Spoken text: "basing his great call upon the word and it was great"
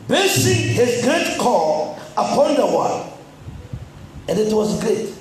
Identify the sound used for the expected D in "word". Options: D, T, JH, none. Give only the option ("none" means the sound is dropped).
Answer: none